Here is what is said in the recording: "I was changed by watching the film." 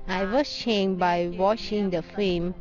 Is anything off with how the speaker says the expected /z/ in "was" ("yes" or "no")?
yes